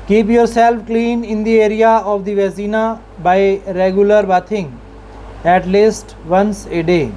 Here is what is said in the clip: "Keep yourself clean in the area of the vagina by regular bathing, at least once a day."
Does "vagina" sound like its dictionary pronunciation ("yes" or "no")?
no